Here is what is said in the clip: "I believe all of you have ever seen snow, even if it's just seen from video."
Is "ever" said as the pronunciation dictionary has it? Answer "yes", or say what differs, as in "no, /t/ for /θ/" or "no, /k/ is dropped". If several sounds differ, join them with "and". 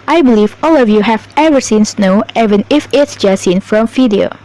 yes